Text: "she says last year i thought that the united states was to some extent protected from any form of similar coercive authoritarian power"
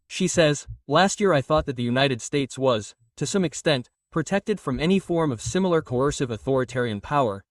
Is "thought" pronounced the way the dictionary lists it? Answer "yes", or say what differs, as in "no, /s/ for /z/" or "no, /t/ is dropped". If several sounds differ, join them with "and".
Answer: yes